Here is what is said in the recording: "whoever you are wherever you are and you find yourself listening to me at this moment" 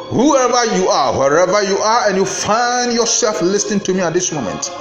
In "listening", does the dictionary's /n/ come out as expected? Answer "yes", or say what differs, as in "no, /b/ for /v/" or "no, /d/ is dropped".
yes